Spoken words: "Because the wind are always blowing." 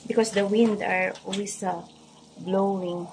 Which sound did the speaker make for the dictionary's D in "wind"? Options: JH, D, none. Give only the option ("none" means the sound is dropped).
D